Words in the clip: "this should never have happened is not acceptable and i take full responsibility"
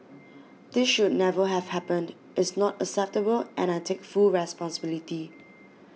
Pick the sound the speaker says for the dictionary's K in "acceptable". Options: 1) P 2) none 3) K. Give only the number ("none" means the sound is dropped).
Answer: 2